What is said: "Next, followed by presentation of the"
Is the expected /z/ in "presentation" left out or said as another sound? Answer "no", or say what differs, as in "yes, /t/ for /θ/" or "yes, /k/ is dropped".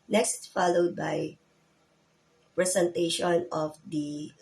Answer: yes, /s/ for /z/